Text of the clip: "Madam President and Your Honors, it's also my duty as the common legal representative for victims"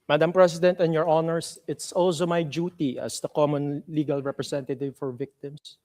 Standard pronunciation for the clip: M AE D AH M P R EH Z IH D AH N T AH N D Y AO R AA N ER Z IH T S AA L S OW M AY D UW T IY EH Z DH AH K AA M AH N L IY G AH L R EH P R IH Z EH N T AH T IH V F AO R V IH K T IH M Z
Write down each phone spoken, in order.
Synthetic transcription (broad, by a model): M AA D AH M P R EH S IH D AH N T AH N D Y AO R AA N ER S IH T S AA L S OW M AY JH UW T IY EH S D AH K AA M AH N L IY G AH L R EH P R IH S EH N T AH T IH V F AO R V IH K T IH M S